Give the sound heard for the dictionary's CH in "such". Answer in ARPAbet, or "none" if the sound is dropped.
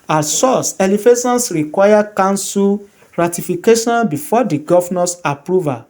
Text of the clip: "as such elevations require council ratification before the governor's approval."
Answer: S